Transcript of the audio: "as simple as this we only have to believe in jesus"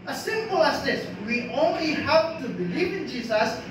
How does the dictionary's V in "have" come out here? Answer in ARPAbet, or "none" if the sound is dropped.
P